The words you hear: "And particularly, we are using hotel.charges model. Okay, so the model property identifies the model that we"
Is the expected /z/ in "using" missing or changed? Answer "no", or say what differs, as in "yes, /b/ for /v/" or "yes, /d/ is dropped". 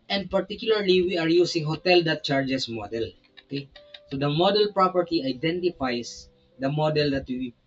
yes, /s/ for /z/